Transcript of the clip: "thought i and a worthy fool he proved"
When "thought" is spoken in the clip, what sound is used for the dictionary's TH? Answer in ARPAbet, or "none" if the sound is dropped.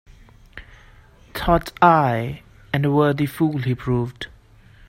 T